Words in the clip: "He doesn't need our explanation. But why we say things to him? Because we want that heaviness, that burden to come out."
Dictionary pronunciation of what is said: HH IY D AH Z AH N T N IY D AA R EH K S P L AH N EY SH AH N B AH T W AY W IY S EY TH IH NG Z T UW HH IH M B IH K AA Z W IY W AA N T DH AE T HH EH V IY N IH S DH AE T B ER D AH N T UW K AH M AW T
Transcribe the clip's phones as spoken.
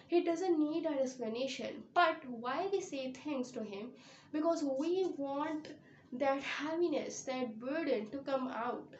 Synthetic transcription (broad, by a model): HH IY D AH Z AH N T N IY D AA R EH K S P L AH N EY SH AH N B AH T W AY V IY S EY T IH NG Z T UW HH IH M B IH K AA Z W IY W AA N T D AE T HH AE P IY N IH S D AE T B ER D AH N T UW K AH M AW T